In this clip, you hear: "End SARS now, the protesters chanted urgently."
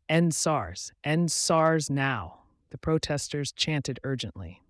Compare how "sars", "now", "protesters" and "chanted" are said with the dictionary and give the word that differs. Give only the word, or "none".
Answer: none